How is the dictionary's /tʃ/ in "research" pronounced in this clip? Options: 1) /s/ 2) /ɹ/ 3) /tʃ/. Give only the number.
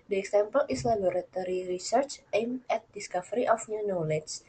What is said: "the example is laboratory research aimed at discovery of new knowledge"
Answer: 3